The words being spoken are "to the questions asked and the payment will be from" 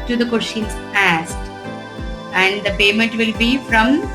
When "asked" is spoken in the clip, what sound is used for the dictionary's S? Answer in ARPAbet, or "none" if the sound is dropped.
S